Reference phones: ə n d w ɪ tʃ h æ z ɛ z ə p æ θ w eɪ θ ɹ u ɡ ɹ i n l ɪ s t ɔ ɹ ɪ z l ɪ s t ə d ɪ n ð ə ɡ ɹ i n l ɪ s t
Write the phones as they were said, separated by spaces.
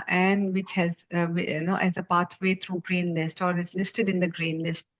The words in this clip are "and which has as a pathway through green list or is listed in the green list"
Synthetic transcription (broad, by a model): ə n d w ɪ tʃ h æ z ɛ z ə p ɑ t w eɪ t ɹ u ɡ ɹ i n l ɪ s t ɔ ɹ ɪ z l ɪ s t ə d ɪ n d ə ɡ ɹ i n l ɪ s t